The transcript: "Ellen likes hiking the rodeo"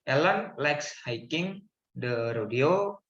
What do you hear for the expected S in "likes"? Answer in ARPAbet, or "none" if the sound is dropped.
S